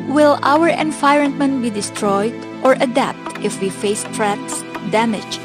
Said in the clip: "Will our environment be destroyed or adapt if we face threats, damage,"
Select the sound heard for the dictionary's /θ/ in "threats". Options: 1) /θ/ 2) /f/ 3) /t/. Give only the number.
3